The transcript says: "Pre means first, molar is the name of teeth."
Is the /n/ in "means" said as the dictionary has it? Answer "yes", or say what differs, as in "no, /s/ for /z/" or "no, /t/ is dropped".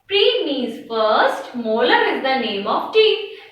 no, /n/ is dropped